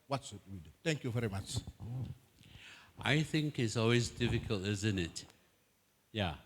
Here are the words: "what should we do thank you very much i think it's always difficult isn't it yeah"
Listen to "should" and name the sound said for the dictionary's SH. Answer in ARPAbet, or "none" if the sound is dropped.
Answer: S